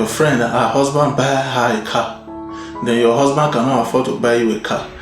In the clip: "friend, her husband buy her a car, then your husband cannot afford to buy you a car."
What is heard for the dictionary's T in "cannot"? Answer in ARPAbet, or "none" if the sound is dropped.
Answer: none